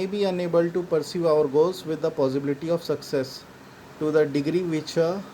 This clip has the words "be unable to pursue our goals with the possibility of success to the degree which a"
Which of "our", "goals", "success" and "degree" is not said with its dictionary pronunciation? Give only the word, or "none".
goals